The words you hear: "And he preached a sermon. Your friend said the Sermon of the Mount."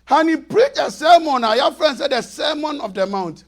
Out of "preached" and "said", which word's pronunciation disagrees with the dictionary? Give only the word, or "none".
preached